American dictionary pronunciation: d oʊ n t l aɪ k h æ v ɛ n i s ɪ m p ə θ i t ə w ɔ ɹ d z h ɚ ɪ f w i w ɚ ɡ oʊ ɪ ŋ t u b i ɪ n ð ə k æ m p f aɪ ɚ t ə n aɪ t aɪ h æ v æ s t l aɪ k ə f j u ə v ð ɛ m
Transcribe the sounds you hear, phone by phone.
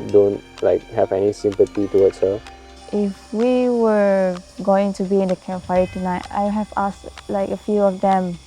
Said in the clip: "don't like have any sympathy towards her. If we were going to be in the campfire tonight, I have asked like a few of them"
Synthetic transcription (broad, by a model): d oʊ n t l aɪ k h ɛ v ɛ n i s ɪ m p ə t i t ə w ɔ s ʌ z ɪ f w i w ɚ ɡ oʊ ɪ ŋ t u b i ɪ n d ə k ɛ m f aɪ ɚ t ə n aɪ t aɪ h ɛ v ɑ s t l aɪ k ə f j u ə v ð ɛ m